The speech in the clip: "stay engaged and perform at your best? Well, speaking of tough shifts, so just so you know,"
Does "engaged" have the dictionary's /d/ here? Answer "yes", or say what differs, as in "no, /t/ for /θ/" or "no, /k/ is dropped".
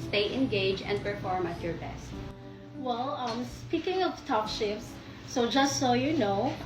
no, /d/ is dropped